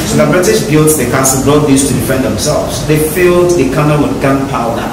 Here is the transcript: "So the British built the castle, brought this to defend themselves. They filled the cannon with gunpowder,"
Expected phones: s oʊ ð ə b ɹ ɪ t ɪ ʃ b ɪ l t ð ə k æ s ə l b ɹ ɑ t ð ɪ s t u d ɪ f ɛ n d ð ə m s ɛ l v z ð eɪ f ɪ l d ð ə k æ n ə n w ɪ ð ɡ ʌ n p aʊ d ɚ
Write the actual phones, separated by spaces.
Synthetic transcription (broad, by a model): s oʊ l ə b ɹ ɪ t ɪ s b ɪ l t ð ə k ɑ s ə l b ɹ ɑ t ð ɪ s t u d ɪ f ɛ n d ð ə m s ɛ l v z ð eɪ f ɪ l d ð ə k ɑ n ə l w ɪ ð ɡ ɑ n p aʊ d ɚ